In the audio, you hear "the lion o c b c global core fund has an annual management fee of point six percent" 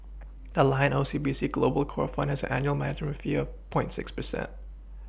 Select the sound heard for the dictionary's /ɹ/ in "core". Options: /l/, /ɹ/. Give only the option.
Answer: /ɹ/